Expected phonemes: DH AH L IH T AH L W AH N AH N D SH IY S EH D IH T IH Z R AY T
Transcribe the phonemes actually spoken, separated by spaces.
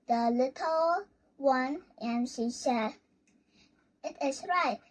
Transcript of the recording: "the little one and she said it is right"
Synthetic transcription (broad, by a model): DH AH L IH T AH L W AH N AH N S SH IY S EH IH T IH S R AY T